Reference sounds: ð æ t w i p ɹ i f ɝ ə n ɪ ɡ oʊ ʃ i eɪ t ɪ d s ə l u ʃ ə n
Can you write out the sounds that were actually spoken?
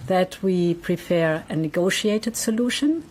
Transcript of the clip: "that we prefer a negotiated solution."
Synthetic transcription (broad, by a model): ð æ t w i p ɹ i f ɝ ə n ɪ ɡ oʊ ʃ i eɪ t ɪ d s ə l u ʃ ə n